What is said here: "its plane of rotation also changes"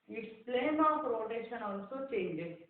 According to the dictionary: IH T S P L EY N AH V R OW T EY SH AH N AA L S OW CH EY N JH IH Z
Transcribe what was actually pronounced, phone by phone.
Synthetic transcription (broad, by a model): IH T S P L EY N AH P R OW T EY SH AH N AA L S OW CH EY N JH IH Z